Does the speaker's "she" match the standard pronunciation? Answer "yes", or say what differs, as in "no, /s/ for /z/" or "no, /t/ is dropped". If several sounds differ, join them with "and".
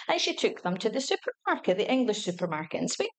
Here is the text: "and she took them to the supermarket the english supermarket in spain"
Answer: yes